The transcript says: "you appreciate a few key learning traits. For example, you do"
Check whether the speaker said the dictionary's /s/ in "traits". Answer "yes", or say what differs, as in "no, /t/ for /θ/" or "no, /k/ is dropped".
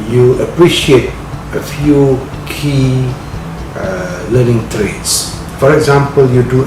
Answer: yes